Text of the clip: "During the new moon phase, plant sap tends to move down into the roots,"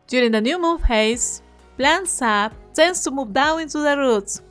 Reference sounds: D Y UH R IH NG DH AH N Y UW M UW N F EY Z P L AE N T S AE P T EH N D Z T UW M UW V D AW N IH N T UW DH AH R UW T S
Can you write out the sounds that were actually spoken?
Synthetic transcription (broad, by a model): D Y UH R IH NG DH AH N Y UW M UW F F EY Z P L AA N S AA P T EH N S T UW M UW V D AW IH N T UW DH AH R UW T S